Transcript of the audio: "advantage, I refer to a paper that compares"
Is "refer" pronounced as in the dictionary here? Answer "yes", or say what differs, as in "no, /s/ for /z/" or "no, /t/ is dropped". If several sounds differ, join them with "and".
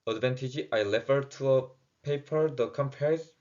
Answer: no, /l/ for /ɹ/